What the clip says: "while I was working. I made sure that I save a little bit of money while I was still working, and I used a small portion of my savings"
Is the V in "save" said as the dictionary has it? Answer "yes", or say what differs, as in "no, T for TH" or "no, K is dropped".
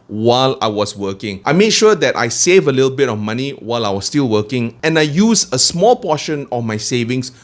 yes